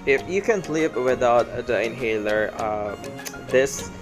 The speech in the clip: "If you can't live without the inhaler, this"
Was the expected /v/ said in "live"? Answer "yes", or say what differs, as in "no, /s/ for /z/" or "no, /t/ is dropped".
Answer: no, /p/ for /v/